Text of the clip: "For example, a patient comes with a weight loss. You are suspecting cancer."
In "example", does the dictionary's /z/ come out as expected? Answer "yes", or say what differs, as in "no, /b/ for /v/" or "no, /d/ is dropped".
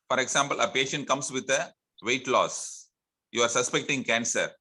no, /s/ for /z/